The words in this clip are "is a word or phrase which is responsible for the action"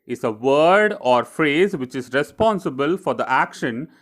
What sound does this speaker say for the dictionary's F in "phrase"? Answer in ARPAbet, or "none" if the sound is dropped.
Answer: F